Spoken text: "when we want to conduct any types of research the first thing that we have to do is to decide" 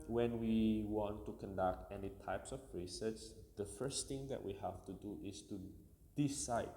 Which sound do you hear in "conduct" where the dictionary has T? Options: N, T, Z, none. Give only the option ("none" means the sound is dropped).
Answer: T